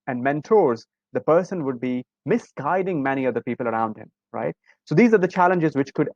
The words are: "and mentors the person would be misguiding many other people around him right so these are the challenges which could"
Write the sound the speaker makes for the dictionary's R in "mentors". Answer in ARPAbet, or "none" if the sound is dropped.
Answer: R